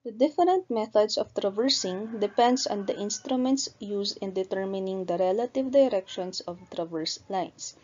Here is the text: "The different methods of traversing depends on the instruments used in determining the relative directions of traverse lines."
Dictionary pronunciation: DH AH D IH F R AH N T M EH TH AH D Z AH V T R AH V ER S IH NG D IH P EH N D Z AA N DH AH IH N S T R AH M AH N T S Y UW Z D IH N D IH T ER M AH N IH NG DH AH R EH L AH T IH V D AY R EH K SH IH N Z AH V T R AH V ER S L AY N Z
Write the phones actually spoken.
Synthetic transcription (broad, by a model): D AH D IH F R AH N T M EH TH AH D S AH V T R AH V ER S IH NG D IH P EH N D S AA N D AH IH N S T R AH M AH N T S Y UW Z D IH N D IH T ER M AH N IH NG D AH R EH L AH T IH V D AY R EH K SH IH N S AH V T R AH V ER S L AY N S